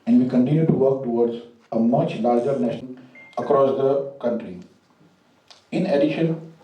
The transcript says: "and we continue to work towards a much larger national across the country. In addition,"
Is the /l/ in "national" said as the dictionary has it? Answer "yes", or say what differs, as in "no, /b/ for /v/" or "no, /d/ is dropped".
no, /n/ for /l/